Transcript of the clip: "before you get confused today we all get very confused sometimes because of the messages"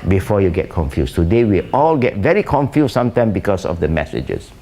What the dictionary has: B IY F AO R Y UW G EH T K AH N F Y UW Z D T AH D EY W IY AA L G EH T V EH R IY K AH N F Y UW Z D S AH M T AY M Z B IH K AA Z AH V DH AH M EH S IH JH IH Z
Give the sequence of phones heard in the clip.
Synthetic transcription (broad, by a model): B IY F AO Y UW G EH T K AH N F Y UW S T AH D EY W IY AA L G EH T V EH R IY K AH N F Y UW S S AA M T AY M B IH K AA S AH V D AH M EH S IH JH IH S